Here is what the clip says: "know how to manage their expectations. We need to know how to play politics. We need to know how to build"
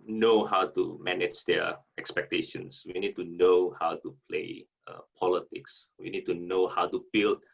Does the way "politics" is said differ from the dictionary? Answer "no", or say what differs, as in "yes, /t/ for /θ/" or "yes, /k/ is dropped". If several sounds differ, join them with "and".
no